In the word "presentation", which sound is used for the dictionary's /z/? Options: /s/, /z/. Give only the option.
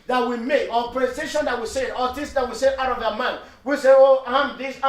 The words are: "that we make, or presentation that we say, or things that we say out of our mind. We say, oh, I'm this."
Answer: /s/